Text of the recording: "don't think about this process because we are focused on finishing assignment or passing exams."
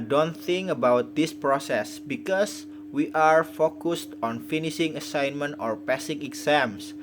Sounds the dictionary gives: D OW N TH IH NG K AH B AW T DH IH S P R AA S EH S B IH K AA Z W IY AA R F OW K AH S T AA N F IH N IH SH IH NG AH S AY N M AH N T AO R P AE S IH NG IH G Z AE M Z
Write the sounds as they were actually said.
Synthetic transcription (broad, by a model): D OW N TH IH NG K AH B AW T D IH S P R AA S EH S B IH K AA S W IY AA R F OW K AH S T AA N F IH N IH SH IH NG AH S AY N M AH N T AO R P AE S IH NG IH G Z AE M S